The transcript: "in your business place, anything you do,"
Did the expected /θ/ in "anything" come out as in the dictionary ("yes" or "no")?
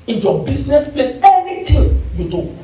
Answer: no